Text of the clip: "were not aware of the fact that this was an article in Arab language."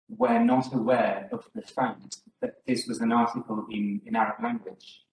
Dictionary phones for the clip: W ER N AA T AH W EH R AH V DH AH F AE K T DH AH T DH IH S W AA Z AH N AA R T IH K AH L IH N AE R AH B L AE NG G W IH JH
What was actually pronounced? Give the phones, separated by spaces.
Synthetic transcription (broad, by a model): W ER N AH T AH W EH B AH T DH AH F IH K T DH AH T DH IH S W AA Z AH N AA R T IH K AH L IH N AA R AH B L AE NG G W IH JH